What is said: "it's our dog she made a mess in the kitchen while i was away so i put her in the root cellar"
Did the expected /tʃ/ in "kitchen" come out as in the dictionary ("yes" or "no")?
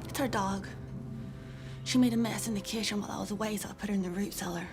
no